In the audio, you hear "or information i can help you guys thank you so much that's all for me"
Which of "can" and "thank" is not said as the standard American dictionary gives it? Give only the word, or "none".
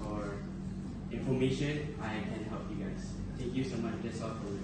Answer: thank